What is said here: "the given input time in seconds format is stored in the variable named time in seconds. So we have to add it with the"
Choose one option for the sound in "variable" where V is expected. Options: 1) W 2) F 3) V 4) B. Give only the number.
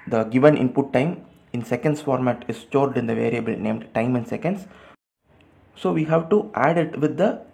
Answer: 3